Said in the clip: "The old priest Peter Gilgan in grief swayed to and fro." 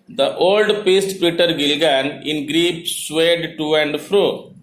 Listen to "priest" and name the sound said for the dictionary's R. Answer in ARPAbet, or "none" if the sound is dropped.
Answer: none